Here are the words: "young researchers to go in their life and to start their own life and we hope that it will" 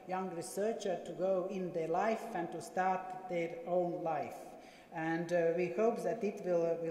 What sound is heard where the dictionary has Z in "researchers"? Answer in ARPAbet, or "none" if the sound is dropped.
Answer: none